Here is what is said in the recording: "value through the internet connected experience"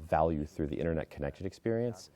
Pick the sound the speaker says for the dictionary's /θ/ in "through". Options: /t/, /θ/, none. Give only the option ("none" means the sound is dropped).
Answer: /θ/